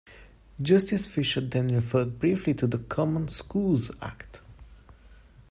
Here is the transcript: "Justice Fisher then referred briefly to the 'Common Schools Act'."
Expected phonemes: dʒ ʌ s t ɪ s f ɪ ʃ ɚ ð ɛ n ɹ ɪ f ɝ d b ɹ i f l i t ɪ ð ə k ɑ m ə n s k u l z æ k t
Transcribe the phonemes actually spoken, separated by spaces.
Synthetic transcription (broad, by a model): dʒ ʌ s t ɪ s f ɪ ʃ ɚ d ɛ n ɹ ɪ f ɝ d b ɹ i f l i t ɪ ð ə k ɑ m ə n s k u l z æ k t